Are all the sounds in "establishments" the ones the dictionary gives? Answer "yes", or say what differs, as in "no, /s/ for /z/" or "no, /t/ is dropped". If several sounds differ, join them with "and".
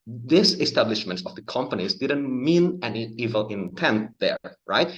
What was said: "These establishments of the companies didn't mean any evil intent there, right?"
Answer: yes